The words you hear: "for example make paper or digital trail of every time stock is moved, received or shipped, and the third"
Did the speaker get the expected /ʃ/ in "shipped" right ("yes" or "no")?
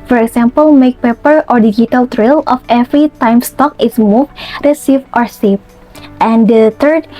no